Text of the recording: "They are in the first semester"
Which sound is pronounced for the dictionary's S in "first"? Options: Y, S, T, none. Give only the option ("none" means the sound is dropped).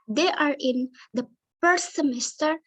none